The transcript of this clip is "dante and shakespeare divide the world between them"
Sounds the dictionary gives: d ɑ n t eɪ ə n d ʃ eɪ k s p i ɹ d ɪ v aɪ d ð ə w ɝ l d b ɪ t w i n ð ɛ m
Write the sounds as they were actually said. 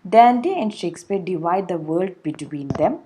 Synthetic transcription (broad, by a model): d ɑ n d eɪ ə n d ʃ eɪ k s p i ɹ d ɪ v aɪ d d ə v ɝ l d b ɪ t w i n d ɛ m